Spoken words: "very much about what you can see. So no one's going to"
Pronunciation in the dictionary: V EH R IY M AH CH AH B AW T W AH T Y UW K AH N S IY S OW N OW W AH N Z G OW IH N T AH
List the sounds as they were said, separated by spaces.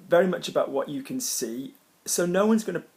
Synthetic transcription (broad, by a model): V EH R IY M AH CH AH B AW T W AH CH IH K AH N S IY S OW N OW W AH N Z G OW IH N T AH